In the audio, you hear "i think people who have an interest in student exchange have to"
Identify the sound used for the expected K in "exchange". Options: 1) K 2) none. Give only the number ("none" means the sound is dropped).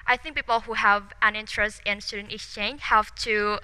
2